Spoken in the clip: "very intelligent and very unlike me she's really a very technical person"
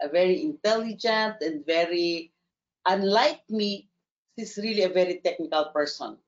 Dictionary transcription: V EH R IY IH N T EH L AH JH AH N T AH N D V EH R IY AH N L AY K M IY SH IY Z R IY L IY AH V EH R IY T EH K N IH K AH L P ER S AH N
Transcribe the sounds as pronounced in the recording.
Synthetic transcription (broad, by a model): V EH R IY IH N T EH L AH JH AH N T AH N D V EH R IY AH N L AY K M IY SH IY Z R IY L IY AH V EH R IY T EH K N IH K AH L P ER S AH N